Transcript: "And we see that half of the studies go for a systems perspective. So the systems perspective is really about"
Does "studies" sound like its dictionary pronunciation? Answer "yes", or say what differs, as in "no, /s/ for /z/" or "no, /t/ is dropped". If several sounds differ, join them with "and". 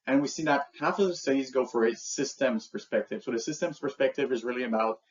yes